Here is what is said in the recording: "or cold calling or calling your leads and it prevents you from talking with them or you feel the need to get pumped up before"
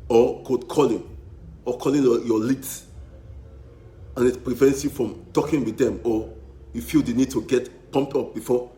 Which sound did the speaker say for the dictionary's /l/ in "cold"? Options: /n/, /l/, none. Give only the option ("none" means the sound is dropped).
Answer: none